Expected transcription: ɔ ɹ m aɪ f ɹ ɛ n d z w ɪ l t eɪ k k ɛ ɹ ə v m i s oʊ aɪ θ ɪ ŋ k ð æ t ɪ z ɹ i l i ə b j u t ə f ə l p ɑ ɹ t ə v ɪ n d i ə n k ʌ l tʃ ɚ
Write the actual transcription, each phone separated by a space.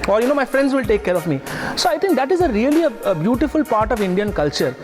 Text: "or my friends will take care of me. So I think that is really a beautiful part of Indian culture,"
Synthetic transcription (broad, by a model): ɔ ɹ m aɪ f ɹ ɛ n d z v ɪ l t eɪ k k ɛ ɹ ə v m i s oʊ aɪ t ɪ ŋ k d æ t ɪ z ɹ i l i ə b j u t ə f ə l p ɑ ɹ t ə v ɪ n d i ə n k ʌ l tʃ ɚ